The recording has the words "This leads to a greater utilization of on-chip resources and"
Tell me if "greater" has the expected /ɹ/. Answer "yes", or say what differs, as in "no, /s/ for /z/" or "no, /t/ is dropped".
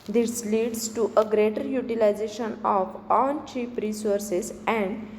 yes